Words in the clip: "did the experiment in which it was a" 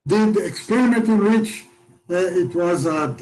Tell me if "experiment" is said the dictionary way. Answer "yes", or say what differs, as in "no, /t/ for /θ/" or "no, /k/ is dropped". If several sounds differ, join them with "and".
no, /n/ is dropped